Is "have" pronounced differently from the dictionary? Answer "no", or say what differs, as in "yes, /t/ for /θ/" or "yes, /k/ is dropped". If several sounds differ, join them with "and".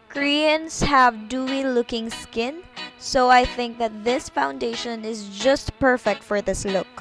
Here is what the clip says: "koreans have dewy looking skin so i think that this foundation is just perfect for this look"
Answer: no